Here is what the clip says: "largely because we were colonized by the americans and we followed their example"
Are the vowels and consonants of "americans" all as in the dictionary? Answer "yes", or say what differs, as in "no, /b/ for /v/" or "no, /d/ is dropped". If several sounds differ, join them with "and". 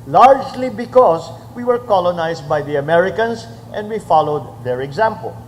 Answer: no, /s/ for /z/